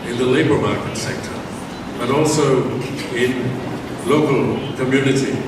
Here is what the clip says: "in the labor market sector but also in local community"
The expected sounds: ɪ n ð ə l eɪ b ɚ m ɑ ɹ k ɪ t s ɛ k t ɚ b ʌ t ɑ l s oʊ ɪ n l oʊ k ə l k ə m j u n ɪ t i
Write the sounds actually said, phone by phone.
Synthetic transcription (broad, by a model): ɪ n ð ə l eɪ b ɚ m ɑ ɹ k ɪ t s ɛ k t ɚ b ʌ t ɑ l s oʊ ɪ n l oʊ k ə l k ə m j u n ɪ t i